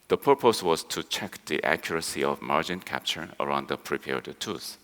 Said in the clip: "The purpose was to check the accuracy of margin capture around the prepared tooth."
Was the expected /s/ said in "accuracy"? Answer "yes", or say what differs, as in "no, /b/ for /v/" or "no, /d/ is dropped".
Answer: yes